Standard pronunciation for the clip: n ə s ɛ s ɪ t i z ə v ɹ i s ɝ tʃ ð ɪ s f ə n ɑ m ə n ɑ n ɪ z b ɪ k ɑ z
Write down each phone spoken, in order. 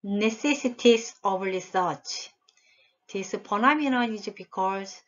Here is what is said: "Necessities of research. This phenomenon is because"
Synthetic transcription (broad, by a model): n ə s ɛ s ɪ t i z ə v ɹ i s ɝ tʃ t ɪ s p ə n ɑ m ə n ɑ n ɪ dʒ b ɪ k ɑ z